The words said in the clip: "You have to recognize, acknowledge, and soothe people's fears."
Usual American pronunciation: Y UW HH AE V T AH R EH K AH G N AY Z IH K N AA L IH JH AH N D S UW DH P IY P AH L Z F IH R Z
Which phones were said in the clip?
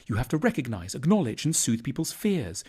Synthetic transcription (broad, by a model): Y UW HH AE F T AH R EH K AH G N AY Z IH K N AA L IH JH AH N S UW DH P IY P AH L Z F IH R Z